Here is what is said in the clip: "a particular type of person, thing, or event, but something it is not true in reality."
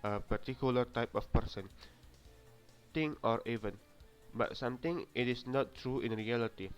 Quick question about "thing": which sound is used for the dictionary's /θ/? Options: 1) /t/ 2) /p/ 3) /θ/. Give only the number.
1